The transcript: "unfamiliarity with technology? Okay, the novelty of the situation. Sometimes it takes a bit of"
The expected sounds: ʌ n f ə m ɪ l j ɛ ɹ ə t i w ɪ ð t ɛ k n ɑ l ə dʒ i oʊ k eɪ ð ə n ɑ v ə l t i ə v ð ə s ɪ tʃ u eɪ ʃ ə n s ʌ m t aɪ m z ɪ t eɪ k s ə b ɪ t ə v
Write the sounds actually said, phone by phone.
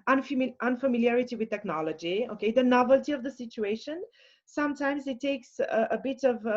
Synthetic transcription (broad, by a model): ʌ n f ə m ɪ l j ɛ ɹ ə t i w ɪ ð t ɛ k n ɑ l ə dʒ i oʊ k eɪ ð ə n ɑ v ə l t i ə v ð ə s ɪ tʃ u eɪ ʃ ə n s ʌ m t aɪ m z ɪ t eɪ k s ə b ɪ t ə v